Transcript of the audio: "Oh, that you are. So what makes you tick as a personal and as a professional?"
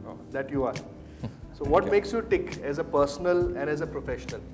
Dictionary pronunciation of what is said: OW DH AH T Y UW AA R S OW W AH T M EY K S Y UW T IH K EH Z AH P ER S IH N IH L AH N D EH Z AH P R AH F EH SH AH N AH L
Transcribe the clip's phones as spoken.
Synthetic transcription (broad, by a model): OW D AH T Y UW AA R S OW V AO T M EY K S Y UW T IH K EH Z AH P ER S IH N IH L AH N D EH Z AH P R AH F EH SH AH N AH L